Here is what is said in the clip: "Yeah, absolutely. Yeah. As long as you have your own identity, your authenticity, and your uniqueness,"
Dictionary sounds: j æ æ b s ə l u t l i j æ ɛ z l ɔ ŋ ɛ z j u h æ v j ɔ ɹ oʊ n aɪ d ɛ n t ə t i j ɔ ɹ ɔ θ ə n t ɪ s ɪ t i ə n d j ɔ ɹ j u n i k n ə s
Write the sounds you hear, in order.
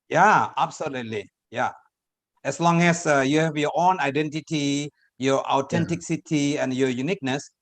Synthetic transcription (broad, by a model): j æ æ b s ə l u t l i j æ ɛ s l ɔ ŋ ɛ s j u h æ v j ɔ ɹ oʊ n aɪ d ɛ n t ə t i j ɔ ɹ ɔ t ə n t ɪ s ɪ t i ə n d j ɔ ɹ j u n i k n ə s